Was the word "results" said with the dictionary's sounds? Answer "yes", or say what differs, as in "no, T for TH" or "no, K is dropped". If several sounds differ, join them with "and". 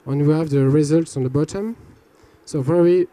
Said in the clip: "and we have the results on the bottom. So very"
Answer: yes